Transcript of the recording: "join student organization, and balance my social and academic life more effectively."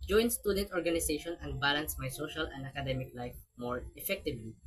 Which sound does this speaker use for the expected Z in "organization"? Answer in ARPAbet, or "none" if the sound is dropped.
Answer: S